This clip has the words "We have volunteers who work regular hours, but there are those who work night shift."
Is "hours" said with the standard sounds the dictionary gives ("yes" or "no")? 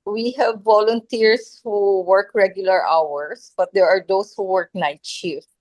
no